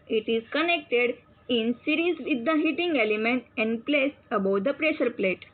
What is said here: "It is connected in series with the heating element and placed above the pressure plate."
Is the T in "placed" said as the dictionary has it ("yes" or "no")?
no